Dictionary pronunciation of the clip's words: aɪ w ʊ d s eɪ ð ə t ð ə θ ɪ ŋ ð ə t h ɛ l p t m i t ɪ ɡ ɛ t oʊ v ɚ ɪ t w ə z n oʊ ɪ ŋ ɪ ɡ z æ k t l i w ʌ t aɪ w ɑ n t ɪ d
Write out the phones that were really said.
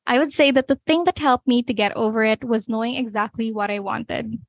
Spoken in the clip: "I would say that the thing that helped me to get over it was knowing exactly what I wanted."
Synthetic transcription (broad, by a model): aɪ w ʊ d s eɪ ð ə t ð ə θ ɪ ŋ ð ə t h ɛ l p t m i t ɪ ɡ ɛ t oʊ v ɚ ɪ t w ə z n oʊ ɪ ŋ ɪ ɡ z æ k t l i w ʌ t aɪ w ɑ n t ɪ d